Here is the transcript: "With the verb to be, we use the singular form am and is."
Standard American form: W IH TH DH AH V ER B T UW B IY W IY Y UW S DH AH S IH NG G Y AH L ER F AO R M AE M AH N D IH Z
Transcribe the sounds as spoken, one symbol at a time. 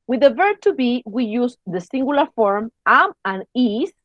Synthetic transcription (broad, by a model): W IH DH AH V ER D T UW B IY W IY Y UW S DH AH S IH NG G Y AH L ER F AO R M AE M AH N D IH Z